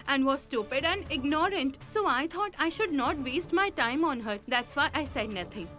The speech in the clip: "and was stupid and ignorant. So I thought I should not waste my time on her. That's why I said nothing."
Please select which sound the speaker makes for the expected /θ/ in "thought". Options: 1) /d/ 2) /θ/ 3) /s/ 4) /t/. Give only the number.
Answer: 4